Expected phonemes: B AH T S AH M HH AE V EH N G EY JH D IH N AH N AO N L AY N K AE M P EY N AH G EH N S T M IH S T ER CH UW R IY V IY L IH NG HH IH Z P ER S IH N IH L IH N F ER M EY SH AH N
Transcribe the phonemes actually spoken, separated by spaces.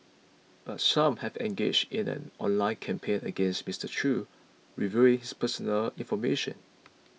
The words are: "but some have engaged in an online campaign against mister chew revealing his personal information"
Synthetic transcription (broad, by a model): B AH T S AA M HH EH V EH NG G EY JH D IH N AH N AO N L AY N K AE M P EY N AH G EH N S T M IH S T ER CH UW R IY V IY IH NG HH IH S P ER S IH N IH L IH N F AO M EY SH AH N